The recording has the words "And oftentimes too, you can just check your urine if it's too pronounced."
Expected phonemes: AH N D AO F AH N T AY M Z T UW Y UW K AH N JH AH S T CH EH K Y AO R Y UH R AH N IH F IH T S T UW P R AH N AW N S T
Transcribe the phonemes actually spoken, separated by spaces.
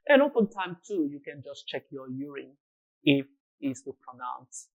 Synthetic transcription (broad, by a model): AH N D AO P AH N T AY M T UW Y UW K AH N JH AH S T CH EH K Y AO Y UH R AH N IH F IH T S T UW P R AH N AW N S